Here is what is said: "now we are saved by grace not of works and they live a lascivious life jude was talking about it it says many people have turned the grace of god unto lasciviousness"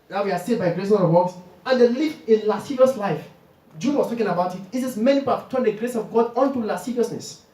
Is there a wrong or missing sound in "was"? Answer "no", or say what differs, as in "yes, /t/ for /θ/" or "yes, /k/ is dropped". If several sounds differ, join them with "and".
yes, /s/ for /z/